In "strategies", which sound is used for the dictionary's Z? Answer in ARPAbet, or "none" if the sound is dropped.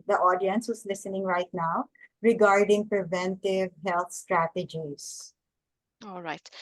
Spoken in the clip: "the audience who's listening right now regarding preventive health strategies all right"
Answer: S